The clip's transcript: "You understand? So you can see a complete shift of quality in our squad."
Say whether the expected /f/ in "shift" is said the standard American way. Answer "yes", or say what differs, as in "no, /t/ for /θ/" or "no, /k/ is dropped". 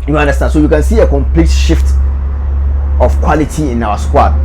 yes